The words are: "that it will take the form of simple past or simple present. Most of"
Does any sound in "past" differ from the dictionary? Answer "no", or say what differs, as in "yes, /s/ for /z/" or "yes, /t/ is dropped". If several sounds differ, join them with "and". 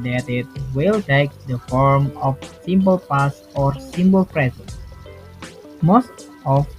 yes, /t/ is dropped